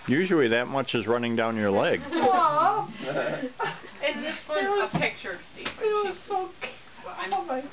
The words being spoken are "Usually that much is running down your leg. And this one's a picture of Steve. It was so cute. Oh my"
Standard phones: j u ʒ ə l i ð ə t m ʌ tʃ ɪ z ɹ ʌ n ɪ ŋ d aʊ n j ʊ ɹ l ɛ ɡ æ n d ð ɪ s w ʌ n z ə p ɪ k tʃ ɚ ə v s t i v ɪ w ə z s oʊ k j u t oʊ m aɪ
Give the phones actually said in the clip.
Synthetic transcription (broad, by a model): j u ʒ l i ð ə t m ʌ tʃ ɪ z ɹ ʌ n ɪ ŋ d aʊ n j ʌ ɹ l ɛ ɡ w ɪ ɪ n ə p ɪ k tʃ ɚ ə s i ɪ w ə z s oʊ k oʊ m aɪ